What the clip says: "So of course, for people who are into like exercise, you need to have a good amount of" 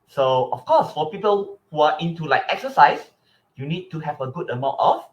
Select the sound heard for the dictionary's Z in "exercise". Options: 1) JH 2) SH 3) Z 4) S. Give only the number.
4